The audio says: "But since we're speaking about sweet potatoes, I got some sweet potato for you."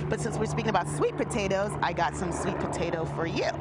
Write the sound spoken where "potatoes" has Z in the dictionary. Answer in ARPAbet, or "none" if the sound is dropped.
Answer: Z